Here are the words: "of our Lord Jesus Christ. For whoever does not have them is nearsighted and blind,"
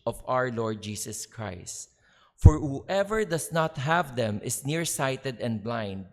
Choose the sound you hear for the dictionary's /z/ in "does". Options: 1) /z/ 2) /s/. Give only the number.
2